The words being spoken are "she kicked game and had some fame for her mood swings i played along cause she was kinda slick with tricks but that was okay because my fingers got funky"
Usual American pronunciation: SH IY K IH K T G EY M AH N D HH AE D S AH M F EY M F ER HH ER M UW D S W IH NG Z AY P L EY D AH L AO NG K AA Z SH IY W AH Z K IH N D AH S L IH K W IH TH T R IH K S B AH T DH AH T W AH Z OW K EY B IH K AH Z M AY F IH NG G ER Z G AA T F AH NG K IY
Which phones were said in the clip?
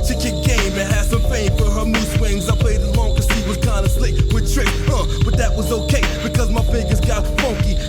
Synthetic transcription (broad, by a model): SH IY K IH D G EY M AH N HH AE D S AH M F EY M F ER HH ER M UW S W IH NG Z AY P L EY D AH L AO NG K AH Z SH IY W AH Z K IH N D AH S L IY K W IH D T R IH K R B AH T DH AH T W AH Z OW K EY B IH K AH Z M AY F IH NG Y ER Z G AA T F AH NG K IY